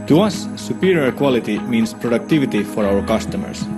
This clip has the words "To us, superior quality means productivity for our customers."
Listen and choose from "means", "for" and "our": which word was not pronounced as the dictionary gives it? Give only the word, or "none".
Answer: means